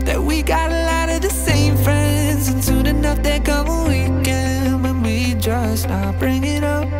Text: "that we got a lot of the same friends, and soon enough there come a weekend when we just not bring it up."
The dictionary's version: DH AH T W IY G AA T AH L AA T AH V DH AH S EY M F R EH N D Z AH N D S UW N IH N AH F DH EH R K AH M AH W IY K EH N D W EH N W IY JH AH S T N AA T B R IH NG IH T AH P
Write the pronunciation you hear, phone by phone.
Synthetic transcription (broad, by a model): DH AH T W IY G AA T AH L AA T AH V DH AH S EY M F R EH N D Z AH N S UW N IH N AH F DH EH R K AH M AH W IY K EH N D W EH N W IY JH AH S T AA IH B R IH NG IH T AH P